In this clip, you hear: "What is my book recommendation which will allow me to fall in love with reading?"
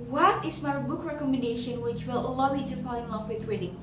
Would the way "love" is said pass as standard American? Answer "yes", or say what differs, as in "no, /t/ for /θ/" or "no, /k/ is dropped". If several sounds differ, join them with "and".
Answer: no, /f/ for /v/